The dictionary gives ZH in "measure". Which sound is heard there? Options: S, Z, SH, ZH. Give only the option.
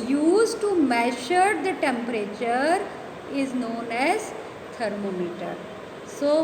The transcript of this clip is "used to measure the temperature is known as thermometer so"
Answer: SH